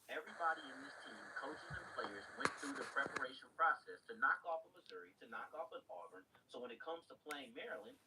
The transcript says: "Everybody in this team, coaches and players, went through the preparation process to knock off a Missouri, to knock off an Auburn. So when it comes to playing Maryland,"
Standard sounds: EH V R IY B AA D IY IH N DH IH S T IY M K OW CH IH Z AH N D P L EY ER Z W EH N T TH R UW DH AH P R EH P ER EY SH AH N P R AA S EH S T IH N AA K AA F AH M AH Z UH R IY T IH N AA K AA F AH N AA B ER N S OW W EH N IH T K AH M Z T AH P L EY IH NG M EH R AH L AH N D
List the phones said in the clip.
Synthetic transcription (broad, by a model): EH V R IY B AA D IY IH N DH IH S T IY M K OW CH IH Z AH N P L EY ER Z W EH N TH R UW DH AH P R EH P ER EY SH AH N P R AA S EH S T IH N AA K AA F AH M AH Z UH R IY T IH N AA K AA F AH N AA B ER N S OW W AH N IH T K AH M Z T AH P L EY IH NG M EH R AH L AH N